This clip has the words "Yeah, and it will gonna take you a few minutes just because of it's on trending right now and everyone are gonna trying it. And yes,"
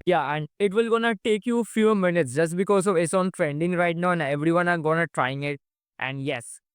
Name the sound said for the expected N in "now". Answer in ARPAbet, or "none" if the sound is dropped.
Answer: N